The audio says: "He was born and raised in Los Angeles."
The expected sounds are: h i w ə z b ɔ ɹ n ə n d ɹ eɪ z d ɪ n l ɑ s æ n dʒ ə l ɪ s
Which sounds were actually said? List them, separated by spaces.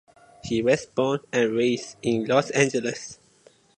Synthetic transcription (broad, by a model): h i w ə s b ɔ n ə n ɹ eɪ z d ɪ n l ɑ s æ n dʒ ə l ɪ s